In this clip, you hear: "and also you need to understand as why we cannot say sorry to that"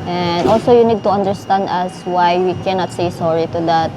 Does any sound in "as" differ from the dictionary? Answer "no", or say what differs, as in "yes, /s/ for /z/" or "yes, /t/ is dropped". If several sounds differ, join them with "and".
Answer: yes, /s/ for /z/